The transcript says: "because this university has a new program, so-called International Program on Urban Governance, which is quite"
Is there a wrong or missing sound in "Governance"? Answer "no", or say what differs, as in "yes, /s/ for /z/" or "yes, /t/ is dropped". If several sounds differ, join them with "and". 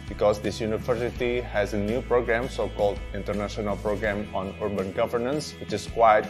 no